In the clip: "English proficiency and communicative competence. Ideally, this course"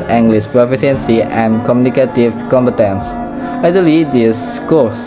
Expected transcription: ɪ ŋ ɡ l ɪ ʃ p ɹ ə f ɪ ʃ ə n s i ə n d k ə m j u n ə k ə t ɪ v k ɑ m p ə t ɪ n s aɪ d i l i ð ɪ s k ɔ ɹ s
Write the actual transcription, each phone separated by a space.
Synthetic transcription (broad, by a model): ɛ ŋ ɡ l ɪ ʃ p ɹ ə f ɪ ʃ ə n s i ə n k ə m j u n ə k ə t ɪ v k ɑ m p ə t ɪ n s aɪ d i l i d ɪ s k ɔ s